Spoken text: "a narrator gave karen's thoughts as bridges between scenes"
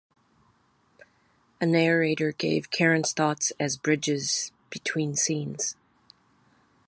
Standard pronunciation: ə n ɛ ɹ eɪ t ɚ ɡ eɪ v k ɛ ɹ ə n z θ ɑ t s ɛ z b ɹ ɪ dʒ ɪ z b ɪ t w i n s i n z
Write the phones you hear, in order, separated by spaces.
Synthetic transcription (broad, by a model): ə n ɛ ɹ eɪ t ɚ ɡ eɪ v k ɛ ɹ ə n s θ ɑ t s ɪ z b ɹ ɪ dʒ ɪ z b ɪ t w i n s i n z